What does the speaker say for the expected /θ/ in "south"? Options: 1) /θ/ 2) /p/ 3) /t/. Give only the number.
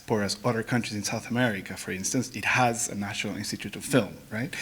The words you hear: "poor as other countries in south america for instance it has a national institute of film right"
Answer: 1